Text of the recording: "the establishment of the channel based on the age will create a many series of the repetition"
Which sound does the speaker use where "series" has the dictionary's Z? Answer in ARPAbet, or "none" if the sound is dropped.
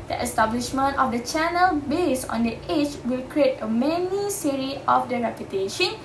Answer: none